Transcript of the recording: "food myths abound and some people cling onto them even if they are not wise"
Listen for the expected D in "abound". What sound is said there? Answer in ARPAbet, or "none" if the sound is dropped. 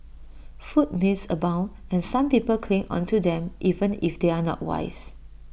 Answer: none